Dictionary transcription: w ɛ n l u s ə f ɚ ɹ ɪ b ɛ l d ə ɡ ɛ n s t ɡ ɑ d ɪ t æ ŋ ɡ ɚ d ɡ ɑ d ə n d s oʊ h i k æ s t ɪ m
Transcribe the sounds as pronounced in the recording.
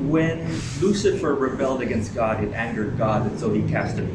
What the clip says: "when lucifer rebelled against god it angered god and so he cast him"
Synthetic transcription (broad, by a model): w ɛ n l u s ə f ɚ ɹ ɪ b ɛ l d ə ɡ ɛ n s t ɡ ɑ d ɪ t æ ŋ ɡ ɚ d ɡ ɑ d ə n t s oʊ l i k æ s t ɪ